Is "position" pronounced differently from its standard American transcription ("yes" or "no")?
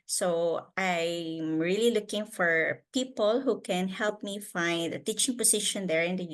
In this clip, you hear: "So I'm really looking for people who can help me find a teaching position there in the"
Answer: yes